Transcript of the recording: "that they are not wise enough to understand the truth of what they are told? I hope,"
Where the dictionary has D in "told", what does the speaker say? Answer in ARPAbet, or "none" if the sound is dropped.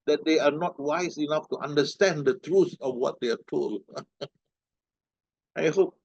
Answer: none